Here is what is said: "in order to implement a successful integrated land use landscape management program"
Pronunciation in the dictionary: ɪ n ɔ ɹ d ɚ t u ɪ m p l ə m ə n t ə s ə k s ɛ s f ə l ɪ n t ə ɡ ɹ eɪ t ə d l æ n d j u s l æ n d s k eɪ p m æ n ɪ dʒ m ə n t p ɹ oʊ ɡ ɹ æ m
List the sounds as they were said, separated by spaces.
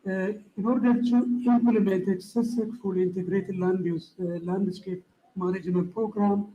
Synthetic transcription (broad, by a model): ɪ n ɔ ɹ d ɚ t u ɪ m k l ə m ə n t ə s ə s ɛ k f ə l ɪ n t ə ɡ ɹ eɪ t l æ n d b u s l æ n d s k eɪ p m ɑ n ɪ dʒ m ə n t p ɹ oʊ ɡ ɹ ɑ m